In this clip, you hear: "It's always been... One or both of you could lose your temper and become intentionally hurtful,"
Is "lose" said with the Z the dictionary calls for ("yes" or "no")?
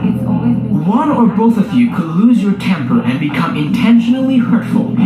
yes